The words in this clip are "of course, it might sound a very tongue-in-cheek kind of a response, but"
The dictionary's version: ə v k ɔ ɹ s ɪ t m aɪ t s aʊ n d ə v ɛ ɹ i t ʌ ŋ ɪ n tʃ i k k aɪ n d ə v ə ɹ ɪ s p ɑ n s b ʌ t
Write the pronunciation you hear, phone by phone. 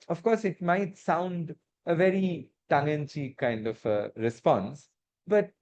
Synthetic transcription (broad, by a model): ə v k ɔ ɹ s ɪ t m aɪ t s aʊ n d ə v ɛ ɹ i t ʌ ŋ ɪ n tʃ i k k aɪ n d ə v ə ɹ ɪ s p ɑ n s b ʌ t